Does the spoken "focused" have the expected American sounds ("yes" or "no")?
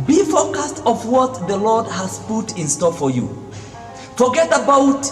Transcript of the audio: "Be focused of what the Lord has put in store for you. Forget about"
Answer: yes